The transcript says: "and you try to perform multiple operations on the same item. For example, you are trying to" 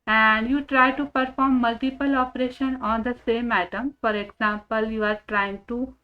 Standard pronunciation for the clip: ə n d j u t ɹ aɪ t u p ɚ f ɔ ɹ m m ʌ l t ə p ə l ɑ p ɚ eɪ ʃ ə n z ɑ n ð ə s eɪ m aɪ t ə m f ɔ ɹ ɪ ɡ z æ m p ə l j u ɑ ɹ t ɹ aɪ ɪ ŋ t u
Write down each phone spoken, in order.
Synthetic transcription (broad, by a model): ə n d j u t ɹ aɪ t u p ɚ f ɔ ɹ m m ʌ l t ə p ə l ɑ p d eɪ ʃ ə n ɑ n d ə s eɪ m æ t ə m f ɔ ɹ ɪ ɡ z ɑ m p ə l j u ɑ ɹ t ɹ aɪ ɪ ŋ t u